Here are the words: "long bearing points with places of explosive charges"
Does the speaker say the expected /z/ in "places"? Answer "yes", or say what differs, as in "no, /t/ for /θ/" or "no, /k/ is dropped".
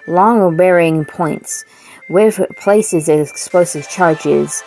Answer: yes